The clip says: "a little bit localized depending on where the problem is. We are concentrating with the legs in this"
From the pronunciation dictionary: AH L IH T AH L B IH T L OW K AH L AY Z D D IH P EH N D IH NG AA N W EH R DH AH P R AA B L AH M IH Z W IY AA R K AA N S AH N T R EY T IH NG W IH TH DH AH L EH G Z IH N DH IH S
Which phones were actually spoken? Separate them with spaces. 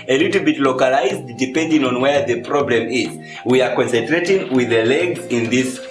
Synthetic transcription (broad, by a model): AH L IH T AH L B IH T L OW K AH L AY Z D D IH P EH N D IH NG AA N W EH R DH AH P R AA B L AH M IH Z W IY AA R K AA N S AH N T R EY T IH NG W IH DH AH L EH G IH N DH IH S